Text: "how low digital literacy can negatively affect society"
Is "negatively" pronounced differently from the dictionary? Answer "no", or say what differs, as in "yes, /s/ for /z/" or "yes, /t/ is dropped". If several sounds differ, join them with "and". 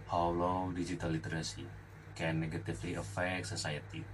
yes, /f/ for /v/